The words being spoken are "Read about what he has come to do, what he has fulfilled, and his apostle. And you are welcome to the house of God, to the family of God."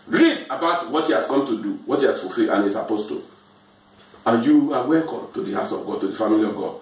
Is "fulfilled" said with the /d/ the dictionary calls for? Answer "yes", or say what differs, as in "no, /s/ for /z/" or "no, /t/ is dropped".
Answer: no, /d/ is dropped